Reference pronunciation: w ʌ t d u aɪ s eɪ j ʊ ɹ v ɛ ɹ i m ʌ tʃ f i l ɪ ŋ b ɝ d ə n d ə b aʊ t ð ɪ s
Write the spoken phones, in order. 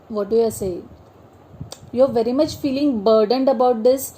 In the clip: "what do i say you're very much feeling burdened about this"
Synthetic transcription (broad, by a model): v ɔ t d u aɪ s eɪ j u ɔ v ɛ ɹ i m ʌ tʃ f i l ɪ ŋ b ɝ d ə n d ə b aʊ t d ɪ s